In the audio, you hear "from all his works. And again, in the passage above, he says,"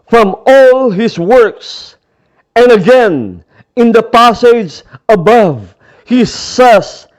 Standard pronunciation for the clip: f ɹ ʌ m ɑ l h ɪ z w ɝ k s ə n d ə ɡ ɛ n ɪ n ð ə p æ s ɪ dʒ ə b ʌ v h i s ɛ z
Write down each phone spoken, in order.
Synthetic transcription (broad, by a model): f ɹ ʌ m ɑ l h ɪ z w ɝ k s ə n ə ɡ ɛ n ɪ n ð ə p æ s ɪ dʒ ə b ʌ v h i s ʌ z